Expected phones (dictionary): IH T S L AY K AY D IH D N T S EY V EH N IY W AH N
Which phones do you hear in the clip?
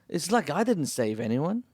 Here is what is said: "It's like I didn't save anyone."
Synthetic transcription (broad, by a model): IH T S L AY K AY D IH D N T S EY V EH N IY W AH N